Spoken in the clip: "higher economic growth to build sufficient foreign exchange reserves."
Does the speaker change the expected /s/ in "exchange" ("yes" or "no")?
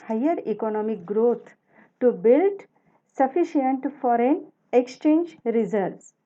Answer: no